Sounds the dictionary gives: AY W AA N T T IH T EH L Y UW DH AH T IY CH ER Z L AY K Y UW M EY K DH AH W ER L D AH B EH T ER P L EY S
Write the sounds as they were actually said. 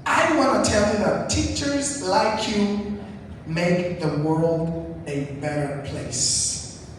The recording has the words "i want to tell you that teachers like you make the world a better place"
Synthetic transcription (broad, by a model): AY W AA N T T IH T EH L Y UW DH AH T IY CH ER Z L AY K Y UW M EY K DH AH W ER L D AH B EH T ER P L EY S